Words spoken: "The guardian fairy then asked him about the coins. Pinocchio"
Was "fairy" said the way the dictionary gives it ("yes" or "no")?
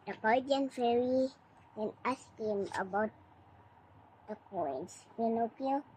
yes